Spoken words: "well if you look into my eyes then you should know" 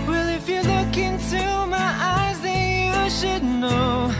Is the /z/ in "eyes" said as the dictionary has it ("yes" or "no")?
yes